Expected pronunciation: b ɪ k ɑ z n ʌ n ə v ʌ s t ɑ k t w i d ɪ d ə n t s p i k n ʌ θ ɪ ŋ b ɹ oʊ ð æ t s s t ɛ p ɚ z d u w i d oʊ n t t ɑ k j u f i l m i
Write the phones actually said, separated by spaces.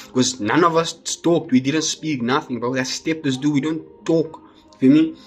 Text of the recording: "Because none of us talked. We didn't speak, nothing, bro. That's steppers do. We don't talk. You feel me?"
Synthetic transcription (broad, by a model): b k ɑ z n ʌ n ə v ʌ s t ɑ k t w i d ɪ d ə n t s p i k n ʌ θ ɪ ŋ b oʊ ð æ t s s t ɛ p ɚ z d u w i d oʊ n t t ɑ k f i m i